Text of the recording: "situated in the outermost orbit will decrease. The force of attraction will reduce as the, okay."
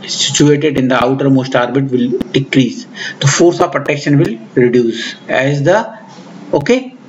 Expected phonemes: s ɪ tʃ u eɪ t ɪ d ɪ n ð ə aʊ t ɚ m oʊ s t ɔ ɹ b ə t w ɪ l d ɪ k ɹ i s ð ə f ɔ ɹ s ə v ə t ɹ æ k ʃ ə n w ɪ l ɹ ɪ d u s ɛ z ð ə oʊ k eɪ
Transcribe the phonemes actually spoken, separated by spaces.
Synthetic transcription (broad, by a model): s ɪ tʃ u eɪ t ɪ d ɪ n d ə aʊ t ɚ m oʊ s t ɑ ɹ b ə t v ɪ l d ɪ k ɹ i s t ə f ɔ ɹ s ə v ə t ɛ k ʃ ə n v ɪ l ɹ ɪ d u s ɛ z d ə oʊ k eɪ